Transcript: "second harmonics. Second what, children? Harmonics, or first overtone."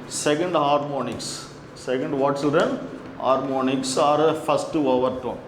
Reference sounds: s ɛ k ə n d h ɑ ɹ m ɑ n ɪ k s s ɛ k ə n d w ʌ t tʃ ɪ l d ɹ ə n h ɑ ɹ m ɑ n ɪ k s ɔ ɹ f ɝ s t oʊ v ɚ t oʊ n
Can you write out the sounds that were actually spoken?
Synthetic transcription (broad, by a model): s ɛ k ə n d h ɑ ɹ m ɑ n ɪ k s s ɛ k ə n d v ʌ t s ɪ d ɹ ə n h ɑ ɹ m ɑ n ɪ k s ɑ ɹ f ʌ s t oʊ v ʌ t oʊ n